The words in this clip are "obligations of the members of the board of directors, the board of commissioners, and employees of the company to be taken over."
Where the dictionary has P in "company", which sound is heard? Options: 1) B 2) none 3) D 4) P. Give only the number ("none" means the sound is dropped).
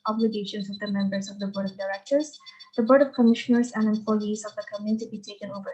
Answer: 2